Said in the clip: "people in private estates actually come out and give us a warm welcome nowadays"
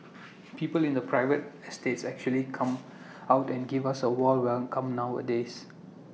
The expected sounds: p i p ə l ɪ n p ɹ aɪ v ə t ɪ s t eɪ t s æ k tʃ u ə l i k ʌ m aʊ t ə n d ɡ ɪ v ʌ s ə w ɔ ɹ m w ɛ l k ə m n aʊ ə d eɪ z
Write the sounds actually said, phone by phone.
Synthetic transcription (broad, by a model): p i p ə l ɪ n p ɹ aɪ v ə t ɪ s t eɪ t s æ k tʃ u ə l i k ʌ m aʊ t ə n ɡ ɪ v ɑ s ə w ɔ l w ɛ k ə m n aʊ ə d eɪ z